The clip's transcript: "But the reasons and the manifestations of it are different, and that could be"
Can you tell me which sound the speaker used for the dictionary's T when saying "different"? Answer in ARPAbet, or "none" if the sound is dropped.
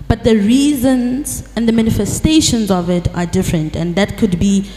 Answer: T